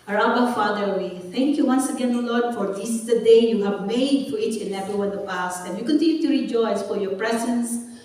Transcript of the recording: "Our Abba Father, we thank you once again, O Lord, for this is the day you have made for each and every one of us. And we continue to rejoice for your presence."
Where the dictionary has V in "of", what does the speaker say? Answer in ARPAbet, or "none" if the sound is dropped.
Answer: P